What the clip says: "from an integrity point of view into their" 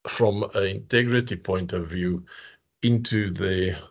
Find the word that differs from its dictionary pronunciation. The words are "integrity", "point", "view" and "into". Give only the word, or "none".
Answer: none